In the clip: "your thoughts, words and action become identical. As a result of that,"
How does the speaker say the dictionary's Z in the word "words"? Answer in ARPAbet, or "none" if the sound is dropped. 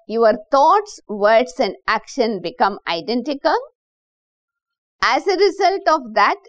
S